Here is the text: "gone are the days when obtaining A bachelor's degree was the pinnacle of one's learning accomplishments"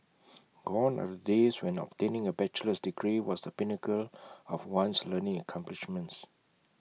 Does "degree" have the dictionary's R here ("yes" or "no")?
yes